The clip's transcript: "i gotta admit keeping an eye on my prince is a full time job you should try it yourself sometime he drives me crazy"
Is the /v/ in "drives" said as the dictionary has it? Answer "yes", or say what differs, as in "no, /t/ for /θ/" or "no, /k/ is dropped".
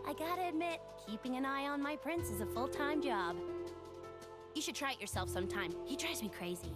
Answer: no, /v/ is dropped